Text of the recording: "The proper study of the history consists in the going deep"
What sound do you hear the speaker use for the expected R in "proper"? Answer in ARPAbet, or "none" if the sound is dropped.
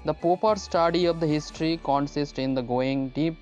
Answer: none